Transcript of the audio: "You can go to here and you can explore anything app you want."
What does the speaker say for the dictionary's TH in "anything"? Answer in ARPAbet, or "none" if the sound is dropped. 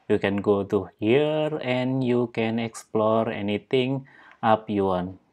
T